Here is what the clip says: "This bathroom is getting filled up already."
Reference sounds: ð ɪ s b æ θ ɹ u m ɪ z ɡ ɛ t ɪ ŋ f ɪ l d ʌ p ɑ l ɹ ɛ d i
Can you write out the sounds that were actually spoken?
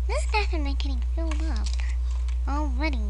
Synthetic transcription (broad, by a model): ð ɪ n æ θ ɪ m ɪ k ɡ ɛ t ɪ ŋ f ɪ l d ʌ p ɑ l ɹ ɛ d i